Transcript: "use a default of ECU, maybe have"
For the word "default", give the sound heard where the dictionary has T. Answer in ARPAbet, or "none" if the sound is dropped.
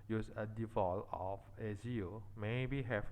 none